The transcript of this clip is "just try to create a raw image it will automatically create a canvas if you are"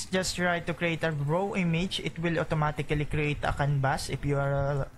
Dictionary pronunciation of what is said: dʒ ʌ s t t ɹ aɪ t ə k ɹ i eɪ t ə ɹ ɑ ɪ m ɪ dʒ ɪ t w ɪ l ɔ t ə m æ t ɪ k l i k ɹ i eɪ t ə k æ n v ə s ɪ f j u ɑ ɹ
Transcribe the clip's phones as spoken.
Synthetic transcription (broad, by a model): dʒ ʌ s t t ɹ aɪ t ə k ɹ i eɪ t ə ɹ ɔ ɪ m ɪ dʒ ɪ t w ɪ l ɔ t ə m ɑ t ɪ k l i k ɹ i eɪ t ə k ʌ n b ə s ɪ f j u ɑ ɹ